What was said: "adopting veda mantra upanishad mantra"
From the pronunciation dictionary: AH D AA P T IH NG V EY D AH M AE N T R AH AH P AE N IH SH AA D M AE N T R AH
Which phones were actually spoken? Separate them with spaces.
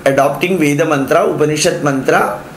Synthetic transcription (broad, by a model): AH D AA P T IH NG V EY D AH M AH N T R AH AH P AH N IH SH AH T M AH N T R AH